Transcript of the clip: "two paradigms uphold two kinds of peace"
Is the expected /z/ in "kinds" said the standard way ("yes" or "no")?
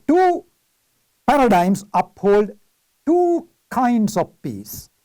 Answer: no